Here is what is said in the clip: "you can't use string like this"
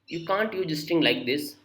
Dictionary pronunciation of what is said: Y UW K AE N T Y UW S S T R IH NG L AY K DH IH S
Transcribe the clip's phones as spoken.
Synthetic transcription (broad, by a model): Y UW K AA N T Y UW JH S T IH NG L AY K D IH S